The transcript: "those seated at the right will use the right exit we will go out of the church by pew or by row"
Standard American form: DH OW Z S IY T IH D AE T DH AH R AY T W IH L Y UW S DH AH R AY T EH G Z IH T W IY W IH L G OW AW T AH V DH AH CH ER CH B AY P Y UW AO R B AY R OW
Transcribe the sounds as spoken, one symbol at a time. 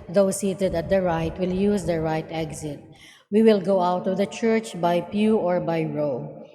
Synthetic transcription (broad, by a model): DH OW S IY T IH D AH T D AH R AY T W IH L Y UW S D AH R AY T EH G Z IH T W IY W IH L G OW AW T AH V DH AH CH ER CH B AY P Y UW AO R B AY R OW